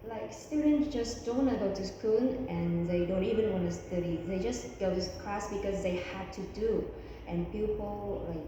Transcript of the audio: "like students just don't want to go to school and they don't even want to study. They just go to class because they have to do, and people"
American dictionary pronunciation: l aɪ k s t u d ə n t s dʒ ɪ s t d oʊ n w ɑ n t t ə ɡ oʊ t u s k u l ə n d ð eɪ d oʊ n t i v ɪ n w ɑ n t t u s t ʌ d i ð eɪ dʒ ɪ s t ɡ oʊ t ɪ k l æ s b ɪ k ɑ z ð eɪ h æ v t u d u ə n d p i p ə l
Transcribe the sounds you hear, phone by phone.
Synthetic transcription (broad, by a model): l aɪ k s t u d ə n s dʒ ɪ s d oʊ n n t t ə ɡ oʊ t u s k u n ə n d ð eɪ d oʊ n t i v ɪ n w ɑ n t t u s t ʌ d i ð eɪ dʒ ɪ s ɡ oʊ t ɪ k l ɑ s b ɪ k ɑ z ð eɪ h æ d t u d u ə n p i p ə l